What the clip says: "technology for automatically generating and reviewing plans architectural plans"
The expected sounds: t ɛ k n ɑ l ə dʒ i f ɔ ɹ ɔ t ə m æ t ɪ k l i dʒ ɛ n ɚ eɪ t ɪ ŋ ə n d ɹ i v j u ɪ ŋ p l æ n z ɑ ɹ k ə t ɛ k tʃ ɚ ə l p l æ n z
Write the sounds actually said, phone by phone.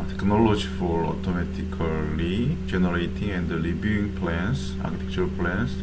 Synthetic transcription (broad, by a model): t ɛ k n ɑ l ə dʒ i f ɔ ɹ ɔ t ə m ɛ t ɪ k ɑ i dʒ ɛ n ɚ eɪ t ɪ ŋ ə n d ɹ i b j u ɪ ŋ p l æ n s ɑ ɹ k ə t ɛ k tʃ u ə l p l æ n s